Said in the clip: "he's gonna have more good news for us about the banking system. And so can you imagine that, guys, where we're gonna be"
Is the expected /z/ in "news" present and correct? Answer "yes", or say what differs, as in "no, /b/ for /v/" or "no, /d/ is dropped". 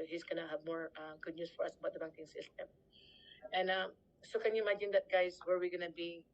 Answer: no, /s/ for /z/